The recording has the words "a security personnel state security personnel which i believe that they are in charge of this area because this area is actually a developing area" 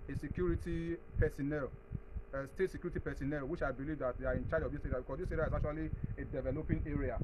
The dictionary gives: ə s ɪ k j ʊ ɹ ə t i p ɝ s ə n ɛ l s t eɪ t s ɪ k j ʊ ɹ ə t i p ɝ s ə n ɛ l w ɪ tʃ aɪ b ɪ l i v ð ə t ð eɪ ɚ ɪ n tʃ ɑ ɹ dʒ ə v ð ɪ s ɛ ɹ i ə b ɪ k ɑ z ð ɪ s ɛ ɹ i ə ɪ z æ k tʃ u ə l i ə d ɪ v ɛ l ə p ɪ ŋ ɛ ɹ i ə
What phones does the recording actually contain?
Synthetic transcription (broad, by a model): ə s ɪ k j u ɹ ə t i p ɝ s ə n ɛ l s t eɪ t s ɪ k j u ɹ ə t i p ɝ s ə n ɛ l w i ʃ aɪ b ɪ l i v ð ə t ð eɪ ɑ ɪ n tʃ ɑ dʒ ə v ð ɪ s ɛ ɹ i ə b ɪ k ɑ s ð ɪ s ɛ ɹ i ə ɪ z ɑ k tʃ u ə l i ə d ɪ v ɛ l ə p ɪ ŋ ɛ ɹ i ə